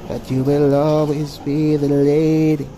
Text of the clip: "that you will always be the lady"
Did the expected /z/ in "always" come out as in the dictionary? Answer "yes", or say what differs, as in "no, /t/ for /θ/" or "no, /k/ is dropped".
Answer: yes